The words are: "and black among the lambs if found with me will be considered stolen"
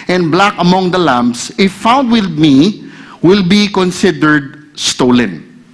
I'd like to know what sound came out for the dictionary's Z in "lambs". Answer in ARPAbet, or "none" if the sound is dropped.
S